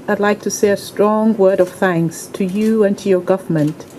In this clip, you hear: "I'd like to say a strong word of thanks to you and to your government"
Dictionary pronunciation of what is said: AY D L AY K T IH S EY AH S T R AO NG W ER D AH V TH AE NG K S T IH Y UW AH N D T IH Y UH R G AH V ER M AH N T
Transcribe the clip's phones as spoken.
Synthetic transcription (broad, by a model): AY D L AY K T IH S EY AH S T R AO NG W ER D AH V TH AE NG K S T IH Y UW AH N T IH Y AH R G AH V ER M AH N T